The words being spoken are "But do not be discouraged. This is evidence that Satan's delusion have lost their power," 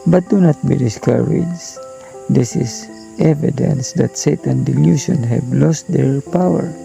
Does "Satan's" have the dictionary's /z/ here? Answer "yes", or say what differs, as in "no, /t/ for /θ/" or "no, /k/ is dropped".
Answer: no, /z/ is dropped